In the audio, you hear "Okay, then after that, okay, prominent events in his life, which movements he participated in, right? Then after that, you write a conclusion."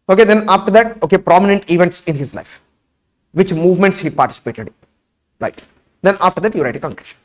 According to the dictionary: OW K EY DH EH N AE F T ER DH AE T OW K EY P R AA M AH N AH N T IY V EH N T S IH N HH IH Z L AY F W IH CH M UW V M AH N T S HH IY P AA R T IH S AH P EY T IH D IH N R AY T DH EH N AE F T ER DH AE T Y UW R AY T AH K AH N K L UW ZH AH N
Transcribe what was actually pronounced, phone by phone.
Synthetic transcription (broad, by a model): OW K EY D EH N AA F T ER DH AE T OW K EY P R AA M AH N AH N T IY V EH N T S IH N HH IH Z L AY F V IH CH M UW V M AH N T S HH IY P AA R T IH S AH P EY T IH D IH R AY T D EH N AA F T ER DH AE T Y UW R AY T AH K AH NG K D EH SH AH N